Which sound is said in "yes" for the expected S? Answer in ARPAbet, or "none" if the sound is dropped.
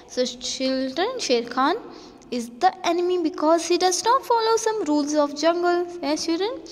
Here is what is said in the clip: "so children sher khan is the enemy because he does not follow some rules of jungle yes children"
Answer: none